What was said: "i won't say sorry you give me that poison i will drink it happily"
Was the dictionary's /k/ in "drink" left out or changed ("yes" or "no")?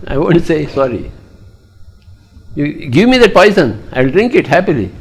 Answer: no